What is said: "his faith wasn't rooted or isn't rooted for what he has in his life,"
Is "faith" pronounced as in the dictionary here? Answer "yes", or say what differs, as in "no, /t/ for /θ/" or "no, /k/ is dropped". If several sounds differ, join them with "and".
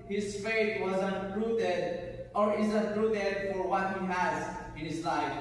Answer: no, /t/ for /θ/